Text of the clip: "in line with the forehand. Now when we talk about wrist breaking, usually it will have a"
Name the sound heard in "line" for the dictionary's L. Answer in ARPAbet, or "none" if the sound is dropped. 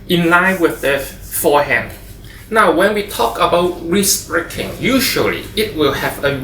L